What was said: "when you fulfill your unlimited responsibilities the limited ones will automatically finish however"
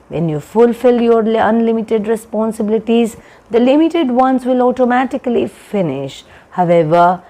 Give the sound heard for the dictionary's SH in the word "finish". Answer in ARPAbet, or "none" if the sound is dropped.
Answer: SH